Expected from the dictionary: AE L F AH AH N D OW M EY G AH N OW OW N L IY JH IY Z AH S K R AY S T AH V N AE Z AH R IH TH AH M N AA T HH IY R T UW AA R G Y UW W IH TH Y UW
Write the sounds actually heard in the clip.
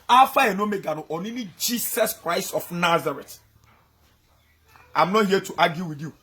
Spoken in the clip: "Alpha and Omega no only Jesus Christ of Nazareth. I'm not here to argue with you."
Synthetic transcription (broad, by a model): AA F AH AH N OW M EY G AH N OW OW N N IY JH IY S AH S K R AY S T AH F N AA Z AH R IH T AH M N AA T HH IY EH T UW AA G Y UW W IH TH Y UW